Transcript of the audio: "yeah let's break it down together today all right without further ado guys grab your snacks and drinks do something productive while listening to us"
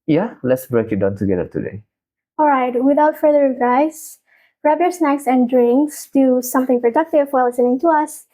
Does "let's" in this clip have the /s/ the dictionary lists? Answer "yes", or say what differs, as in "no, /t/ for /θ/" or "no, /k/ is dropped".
yes